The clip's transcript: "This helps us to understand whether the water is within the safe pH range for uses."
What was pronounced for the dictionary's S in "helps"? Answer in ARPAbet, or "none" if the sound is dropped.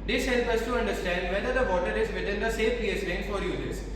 none